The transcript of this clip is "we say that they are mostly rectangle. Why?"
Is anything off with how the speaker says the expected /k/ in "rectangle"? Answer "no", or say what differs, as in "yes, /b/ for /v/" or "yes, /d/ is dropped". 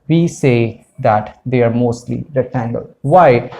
yes, /k/ is dropped